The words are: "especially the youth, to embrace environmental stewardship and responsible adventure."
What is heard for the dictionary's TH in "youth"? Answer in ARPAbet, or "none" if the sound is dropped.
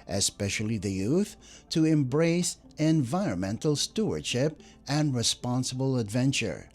TH